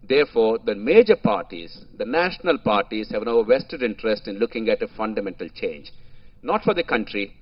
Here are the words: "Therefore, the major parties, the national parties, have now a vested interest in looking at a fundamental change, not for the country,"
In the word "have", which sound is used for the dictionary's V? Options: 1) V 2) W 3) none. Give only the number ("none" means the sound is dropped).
1